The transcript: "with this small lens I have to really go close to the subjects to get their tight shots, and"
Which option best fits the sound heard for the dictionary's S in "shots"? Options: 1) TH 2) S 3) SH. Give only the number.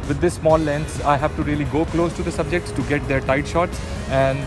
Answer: 2